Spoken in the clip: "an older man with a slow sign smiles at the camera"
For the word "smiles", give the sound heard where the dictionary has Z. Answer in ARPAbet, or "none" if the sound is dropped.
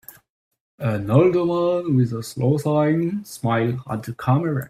none